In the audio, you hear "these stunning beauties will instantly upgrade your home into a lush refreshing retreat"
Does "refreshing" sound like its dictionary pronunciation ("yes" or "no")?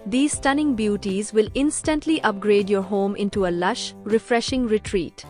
yes